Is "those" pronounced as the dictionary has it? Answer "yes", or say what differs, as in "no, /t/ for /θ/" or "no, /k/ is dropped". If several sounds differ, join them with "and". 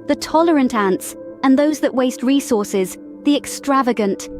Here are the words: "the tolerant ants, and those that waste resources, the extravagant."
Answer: yes